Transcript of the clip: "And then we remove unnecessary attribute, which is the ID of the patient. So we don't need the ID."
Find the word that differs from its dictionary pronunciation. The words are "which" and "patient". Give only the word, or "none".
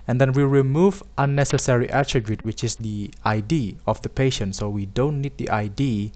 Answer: none